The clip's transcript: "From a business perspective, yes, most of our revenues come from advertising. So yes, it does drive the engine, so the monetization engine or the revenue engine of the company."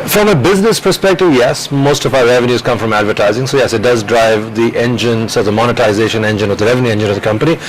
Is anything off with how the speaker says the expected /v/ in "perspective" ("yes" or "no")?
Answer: no